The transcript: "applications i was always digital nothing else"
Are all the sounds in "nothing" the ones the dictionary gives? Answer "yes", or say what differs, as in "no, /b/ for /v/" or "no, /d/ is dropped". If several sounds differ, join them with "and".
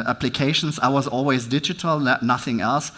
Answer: yes